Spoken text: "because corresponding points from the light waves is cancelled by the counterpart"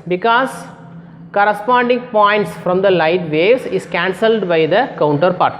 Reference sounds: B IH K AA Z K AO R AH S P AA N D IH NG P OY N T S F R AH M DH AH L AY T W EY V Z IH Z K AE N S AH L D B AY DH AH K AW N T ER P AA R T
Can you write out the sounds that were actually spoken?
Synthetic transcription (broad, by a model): B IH K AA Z K AO R AH S P AA N D IH NG P OY N T S F R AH M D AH L AY T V EY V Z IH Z K AE N S AH L D B AY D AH K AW N T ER P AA R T